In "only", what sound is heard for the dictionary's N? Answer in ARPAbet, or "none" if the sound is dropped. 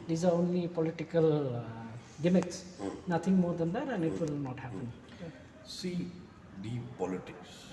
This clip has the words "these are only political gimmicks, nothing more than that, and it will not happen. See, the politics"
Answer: N